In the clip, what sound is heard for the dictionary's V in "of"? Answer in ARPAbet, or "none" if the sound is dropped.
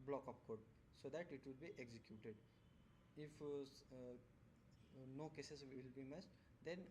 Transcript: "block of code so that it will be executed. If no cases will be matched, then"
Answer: P